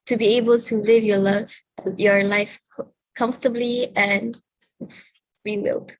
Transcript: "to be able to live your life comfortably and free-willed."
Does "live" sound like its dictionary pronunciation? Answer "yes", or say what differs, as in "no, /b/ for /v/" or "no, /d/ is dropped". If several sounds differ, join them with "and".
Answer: yes